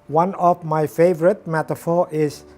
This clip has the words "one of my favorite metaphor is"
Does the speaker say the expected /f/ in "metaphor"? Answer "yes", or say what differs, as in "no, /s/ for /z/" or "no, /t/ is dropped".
yes